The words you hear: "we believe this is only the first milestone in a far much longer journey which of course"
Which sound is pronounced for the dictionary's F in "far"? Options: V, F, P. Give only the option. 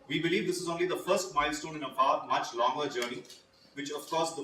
P